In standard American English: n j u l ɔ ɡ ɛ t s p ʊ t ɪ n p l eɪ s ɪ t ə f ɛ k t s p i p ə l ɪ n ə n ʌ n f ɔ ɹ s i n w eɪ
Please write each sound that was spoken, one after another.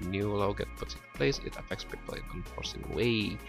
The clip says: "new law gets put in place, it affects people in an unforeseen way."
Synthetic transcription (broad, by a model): n j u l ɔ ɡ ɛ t p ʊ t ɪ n p l eɪ s ɪ t ə f ɛ k t s p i p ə l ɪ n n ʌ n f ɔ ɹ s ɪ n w eɪ